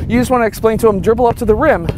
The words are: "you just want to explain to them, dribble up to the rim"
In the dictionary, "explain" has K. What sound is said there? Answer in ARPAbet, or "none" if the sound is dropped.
K